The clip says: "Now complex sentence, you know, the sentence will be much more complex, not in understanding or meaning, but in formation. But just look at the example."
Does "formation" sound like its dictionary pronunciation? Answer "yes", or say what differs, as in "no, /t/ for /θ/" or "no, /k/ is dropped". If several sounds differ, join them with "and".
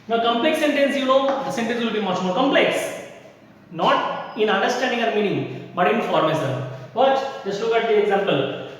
no, /s/ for /ʃ/